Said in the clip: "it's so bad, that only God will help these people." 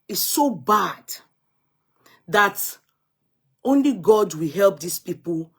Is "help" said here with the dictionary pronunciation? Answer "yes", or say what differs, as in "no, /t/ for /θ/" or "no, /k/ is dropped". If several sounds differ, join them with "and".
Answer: yes